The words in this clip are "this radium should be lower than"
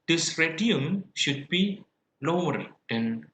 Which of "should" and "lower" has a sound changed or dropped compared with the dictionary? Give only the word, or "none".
none